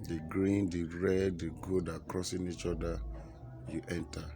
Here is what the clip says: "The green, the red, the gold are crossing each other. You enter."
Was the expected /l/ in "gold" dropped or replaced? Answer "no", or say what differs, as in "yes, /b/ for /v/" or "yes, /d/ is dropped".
yes, /l/ is dropped